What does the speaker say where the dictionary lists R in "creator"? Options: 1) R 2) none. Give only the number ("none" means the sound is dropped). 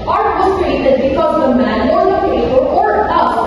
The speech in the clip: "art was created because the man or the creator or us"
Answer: 2